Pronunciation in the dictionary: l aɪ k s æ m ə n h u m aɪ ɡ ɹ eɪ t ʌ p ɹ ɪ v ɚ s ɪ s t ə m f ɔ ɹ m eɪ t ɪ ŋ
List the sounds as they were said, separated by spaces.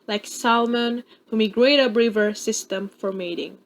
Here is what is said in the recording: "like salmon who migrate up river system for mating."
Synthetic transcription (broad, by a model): l aɪ k s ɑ m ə n h u m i ɡ ɹ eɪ t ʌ b ɹ ɪ v ɚ s ɪ s t ə m f ɔ ɹ m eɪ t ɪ ŋ